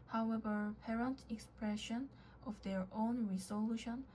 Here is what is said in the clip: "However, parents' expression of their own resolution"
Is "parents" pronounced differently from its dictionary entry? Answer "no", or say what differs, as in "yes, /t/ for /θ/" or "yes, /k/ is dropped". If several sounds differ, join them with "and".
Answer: yes, /s/ is dropped